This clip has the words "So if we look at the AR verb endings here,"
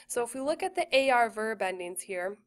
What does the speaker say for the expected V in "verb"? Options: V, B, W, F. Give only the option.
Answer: V